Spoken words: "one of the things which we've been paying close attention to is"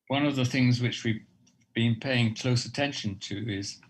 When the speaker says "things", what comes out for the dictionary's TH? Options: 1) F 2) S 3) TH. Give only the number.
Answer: 3